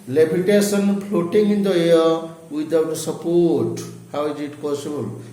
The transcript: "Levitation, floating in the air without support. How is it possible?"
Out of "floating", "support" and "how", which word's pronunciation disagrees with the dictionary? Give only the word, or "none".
floating